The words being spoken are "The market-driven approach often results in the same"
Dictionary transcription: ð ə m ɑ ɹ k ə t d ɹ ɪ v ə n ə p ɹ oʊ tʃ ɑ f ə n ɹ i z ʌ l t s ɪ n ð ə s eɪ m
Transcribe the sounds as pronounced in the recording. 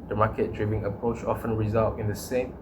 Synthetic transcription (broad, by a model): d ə m ɑ k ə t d ɹ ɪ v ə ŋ ə p ɹ oʊ tʃ ɑ f ə n ɹ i z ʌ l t ɪ n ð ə s eɪ m